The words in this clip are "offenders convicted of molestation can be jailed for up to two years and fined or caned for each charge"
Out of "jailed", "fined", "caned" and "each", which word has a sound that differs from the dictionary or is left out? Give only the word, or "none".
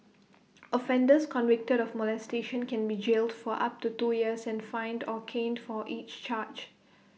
none